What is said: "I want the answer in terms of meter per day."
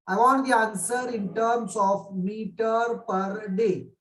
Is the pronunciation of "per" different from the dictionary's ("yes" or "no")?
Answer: no